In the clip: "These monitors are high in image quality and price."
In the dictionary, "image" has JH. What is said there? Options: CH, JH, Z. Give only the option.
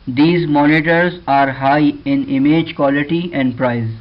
JH